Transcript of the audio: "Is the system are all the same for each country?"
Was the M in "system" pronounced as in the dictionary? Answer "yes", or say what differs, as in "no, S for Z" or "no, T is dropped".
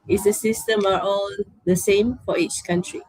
yes